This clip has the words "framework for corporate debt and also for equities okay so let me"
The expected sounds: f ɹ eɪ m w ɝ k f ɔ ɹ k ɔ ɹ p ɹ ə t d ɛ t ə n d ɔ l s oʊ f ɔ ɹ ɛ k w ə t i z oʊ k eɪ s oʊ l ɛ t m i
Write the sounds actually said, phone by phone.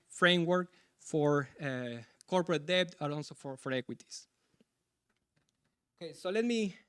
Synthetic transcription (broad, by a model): f ɹ eɪ m w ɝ k f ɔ ɹ k ɔ ɹ p ɹ ə t d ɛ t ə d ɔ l s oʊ f ɔ ɹ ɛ k w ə t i s oʊ k eɪ s oʊ l ɛ t m i